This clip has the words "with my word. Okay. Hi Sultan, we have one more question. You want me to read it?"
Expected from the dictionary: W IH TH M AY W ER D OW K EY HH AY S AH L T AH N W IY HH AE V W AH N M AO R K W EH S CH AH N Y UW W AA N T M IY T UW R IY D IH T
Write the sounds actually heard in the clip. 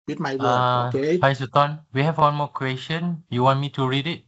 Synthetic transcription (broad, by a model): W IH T M AY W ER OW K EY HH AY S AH T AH N W IY HH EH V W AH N M AO K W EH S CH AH N Y UW W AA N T M IY T UW R IY D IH T